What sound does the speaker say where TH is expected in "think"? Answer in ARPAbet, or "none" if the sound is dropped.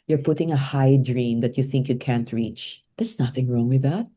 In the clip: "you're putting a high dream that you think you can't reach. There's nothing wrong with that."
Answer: TH